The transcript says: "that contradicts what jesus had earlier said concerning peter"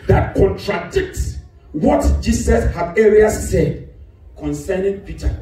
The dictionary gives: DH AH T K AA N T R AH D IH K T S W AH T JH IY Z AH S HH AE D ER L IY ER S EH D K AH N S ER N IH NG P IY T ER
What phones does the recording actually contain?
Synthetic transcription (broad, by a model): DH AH T K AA N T R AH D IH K T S W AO T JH IY S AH S HH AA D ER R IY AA S EH D K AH N S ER N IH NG P IY T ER